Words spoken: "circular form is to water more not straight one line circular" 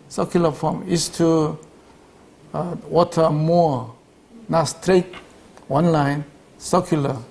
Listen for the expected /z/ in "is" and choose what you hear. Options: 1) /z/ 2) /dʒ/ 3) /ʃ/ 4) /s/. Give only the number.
4